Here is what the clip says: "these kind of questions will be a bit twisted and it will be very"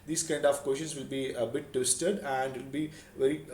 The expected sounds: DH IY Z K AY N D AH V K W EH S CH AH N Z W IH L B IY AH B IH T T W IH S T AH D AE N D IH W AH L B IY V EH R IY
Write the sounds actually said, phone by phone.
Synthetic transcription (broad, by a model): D IY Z K AY N D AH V K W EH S SH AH N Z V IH L B IY AH B IH T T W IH S T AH D AE N D IH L B IY V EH R IY